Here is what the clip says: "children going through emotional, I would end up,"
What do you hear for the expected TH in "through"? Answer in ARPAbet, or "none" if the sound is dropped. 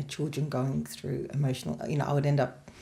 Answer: TH